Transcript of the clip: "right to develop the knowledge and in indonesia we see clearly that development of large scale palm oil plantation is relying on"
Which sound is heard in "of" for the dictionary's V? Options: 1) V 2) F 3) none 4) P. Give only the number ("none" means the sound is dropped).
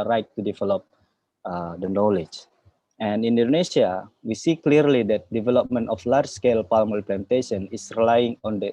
2